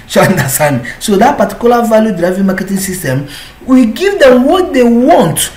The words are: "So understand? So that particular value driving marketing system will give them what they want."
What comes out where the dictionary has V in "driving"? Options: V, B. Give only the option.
V